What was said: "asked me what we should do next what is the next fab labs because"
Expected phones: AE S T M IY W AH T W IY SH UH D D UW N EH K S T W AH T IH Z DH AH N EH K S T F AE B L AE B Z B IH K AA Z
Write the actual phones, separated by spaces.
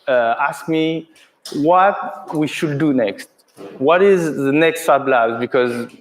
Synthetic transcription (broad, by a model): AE S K M IY W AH T W IY SH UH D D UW N EH K S T W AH T IH Z DH AH N EH K S T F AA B L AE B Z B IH K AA Z